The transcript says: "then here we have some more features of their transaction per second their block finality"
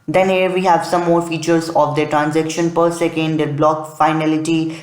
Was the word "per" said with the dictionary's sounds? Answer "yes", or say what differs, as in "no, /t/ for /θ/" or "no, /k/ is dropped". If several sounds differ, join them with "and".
yes